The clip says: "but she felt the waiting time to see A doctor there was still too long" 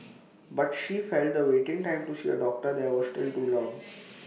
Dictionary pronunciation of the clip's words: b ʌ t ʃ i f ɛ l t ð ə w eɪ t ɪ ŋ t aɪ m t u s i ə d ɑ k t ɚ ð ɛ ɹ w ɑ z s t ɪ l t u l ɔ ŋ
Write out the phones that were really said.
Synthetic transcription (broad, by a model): b ʌ t ʃ i f ɛ l t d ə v eɪ t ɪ ŋ t aɪ m t u s i ə d ɑ k t ɚ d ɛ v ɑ s t ɪ l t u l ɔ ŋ